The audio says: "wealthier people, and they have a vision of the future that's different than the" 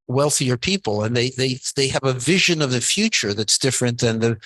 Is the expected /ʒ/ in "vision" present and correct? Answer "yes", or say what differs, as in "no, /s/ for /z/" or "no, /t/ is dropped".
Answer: yes